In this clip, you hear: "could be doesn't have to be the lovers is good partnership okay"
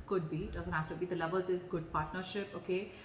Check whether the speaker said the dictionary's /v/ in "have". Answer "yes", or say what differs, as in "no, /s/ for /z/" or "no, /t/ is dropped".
no, /f/ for /v/